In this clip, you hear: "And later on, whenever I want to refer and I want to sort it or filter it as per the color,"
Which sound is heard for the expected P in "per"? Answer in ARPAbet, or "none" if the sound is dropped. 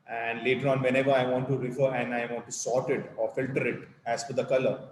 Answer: F